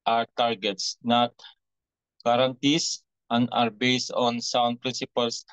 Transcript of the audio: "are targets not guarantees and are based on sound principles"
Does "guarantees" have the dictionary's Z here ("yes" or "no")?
no